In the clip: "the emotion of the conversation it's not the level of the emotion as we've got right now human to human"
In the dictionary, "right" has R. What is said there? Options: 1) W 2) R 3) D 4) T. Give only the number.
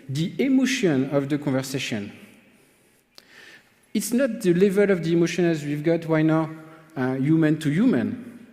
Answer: 1